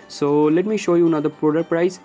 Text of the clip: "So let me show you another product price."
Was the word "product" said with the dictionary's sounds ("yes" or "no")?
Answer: no